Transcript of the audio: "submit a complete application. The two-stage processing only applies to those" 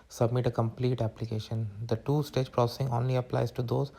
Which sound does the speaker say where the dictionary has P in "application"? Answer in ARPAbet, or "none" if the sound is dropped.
P